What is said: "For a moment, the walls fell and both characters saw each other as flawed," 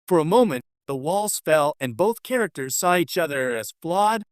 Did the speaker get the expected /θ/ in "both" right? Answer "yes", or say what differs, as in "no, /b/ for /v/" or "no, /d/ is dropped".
yes